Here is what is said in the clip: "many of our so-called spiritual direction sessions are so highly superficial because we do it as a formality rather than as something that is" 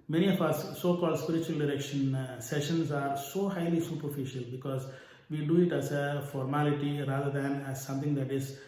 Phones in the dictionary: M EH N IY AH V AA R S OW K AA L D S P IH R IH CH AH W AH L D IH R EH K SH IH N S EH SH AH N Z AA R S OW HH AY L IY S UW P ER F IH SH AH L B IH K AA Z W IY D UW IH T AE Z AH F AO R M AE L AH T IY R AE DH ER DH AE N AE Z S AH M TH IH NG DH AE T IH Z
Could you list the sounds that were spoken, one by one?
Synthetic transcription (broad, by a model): M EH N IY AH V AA S OW K AA L D S P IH R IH CH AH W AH L D IH R EH K SH IH N S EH SH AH N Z AA R S OW HH AY L IY S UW P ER F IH SH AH L B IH K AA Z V IY D UW IH T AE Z AH F AO R M AE L AH T IY R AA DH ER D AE N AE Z S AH M T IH NG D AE T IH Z